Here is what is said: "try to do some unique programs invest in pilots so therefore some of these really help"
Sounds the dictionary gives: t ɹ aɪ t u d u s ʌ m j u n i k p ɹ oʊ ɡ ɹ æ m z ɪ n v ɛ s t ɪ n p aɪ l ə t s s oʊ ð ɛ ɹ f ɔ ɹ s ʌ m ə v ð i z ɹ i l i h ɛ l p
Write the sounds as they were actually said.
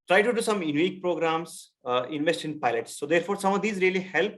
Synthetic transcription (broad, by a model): t ɹ aɪ t u d u s ʌ m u n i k p ɹ oʊ ɡ ɹ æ m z ɪ n v ɛ s t ɪ n p aɪ l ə t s s oʊ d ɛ ɹ f ɔ ɹ s ʌ m ə v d i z ɹ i l i h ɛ l p